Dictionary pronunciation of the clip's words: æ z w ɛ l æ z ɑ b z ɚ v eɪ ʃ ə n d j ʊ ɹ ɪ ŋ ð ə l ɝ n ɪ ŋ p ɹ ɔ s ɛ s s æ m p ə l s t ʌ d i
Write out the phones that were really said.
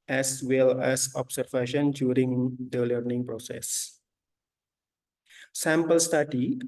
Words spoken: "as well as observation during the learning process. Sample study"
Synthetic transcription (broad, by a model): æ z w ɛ l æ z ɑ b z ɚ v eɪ ʃ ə n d j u ɹ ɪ ŋ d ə l ɝ n ɪ ŋ p ɹ ɔ s ɛ s s æ m p ə l s t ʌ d i